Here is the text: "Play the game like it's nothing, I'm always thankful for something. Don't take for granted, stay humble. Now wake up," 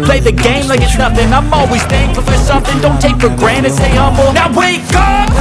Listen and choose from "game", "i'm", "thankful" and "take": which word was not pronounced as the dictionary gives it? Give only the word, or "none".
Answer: thankful